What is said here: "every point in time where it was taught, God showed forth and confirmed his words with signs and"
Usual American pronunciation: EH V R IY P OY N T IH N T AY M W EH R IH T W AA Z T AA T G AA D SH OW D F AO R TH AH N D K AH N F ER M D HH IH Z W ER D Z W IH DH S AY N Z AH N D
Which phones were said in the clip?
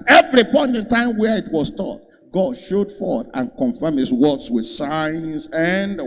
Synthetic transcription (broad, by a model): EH V R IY P OY N T IH N T AY M W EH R IH T W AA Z T AA T G AA D SH OW D F AO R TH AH N K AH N F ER M HH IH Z W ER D S W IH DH S AY N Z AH N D